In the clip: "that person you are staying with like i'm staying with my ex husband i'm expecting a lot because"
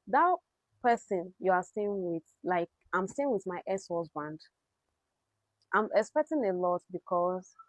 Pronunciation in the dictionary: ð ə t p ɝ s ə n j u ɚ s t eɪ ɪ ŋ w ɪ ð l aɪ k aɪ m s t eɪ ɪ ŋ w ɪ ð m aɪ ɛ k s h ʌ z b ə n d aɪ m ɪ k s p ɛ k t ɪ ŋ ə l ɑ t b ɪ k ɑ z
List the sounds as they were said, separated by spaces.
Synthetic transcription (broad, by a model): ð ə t p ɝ s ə n j u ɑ s t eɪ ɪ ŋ w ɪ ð l aɪ k aɪ m s t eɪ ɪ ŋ w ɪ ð m aɪ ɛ s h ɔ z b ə n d aɪ m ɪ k s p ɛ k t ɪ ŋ ə l ɑ t b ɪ k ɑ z